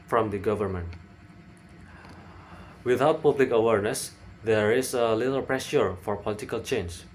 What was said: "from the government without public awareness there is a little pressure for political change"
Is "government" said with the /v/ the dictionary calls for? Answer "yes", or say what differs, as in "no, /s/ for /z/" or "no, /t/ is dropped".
yes